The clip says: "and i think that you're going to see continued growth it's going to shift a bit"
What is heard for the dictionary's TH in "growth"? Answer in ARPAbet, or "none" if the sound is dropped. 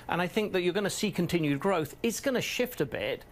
TH